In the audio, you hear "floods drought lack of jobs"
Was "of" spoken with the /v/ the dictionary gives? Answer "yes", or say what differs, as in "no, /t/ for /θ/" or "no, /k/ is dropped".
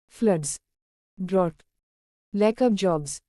no, /p/ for /v/